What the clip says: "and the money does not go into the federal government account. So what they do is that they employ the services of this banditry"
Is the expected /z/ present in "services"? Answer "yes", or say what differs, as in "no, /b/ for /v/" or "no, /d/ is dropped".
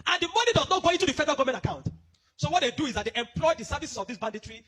no, /s/ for /z/